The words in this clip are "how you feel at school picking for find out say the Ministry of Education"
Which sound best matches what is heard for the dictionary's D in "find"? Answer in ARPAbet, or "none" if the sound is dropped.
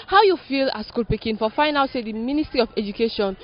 none